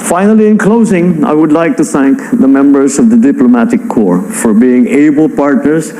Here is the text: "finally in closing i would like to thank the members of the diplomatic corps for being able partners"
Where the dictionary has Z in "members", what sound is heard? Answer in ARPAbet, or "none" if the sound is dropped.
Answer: Z